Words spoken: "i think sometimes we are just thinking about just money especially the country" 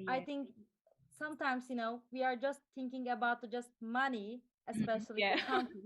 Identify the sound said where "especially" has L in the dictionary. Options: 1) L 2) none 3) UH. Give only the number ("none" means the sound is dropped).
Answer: 2